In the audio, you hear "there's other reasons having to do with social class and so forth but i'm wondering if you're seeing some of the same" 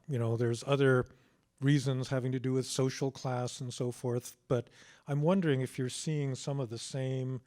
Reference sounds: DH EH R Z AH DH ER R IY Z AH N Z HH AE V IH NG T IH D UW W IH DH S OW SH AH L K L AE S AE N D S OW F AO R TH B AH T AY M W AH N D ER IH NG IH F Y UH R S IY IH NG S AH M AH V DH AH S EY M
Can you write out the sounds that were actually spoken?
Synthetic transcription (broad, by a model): DH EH R Z AH DH ER R IY Z AH N Z HH AE V IH NG T IH D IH W IH DH S OW SH L K L AE S N S OW F AO R TH B AH T AY M W AH N D ER IH NG IH F Y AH R S IY IH NG S AH M AH V DH AH S EY M